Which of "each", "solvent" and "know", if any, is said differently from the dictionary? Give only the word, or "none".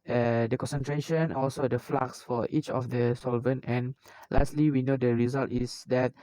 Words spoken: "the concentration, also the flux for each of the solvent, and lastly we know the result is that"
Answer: none